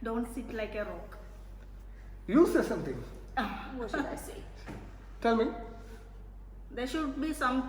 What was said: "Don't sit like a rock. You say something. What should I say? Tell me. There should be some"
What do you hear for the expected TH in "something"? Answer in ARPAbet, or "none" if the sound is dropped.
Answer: T